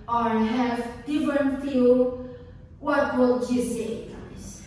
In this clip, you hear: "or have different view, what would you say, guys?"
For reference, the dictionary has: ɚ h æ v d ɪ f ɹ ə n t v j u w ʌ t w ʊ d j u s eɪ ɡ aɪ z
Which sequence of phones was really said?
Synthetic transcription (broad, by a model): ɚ h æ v d ɪ f ɹ ə n t f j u w ʌ t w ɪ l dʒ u s eɪ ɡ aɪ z